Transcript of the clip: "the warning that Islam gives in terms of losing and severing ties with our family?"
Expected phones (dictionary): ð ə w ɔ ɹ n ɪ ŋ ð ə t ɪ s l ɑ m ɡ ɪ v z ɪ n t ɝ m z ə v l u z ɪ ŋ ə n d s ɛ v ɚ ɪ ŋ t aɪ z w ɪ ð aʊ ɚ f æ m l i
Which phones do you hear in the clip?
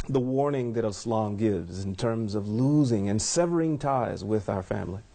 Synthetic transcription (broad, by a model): ð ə w ɔ ɹ n ɪ ŋ ð ə t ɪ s l ɑ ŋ ɡ ɪ v z ɪ n t ɝ m z ə v l u z ɪ ŋ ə n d s ɛ v ɚ ɪ ŋ t aɪ z w ɪ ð aʊ ɚ f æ m l i